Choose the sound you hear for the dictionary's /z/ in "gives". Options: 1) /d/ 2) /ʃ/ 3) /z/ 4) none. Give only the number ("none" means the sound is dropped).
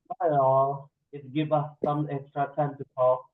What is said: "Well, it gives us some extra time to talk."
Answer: 4